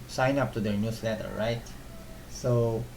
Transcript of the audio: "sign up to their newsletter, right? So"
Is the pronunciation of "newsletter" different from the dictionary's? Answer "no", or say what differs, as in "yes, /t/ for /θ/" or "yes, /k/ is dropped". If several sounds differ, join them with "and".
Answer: yes, /s/ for /z/